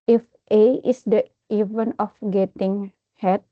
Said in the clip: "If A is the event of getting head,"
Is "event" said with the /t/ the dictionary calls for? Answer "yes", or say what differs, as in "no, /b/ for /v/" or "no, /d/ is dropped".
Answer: no, /t/ is dropped